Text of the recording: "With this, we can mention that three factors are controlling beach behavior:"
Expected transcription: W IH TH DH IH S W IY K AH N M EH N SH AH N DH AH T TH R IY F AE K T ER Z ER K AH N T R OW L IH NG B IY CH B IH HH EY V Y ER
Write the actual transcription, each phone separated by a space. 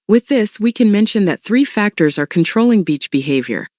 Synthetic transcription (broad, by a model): W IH DH IH S W IY K AH N M EH N SH AH N DH AH T TH R IY F AE K T ER Z ER K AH N T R OW L IH NG B IY CH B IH HH EY V Y ER